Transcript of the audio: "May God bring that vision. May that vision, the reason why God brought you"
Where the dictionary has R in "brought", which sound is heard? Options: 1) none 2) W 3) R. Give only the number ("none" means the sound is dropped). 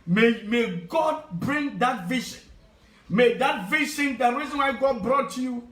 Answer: 3